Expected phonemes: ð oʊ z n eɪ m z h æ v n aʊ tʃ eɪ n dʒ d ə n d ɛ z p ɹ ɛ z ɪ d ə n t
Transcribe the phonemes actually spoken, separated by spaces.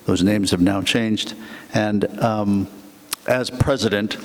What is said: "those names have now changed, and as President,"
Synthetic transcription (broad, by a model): ð oʊ z n eɪ m z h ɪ v n aʊ tʃ eɪ n dʒ d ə n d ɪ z p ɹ ɛ z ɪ d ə n t